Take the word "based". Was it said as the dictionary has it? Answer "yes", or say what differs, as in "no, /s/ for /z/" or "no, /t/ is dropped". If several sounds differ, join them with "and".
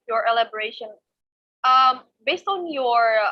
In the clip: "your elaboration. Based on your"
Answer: yes